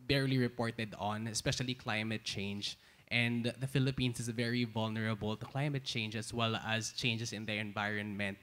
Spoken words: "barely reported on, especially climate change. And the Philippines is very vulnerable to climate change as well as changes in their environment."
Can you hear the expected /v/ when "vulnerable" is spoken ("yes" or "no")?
yes